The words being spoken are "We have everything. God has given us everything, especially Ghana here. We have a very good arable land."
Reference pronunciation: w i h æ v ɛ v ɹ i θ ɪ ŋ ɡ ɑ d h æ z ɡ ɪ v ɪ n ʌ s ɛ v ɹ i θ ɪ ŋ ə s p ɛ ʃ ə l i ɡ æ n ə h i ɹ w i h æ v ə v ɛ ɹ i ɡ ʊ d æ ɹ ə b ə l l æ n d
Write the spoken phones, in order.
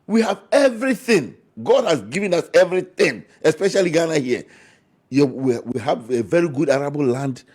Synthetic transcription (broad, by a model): w i h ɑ v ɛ v ɹ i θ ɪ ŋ ɡ ɑ d h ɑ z ɡ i v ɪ n ʌ s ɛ v ɹ i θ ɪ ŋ ə s p ɛ ʃ ə l i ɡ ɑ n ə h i w w i h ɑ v ə v ɛ ɹ i ɡ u d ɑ ɹ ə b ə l l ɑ n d